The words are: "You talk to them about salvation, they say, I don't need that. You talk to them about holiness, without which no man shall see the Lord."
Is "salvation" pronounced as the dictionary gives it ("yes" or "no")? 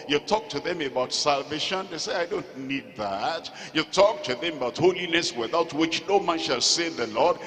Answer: yes